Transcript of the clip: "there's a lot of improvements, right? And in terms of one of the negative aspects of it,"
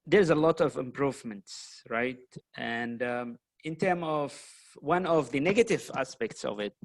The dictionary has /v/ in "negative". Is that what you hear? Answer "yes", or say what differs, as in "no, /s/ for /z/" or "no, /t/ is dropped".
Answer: yes